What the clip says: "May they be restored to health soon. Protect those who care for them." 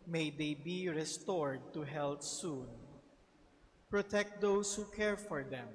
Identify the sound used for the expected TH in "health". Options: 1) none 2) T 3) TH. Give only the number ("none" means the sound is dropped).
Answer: 2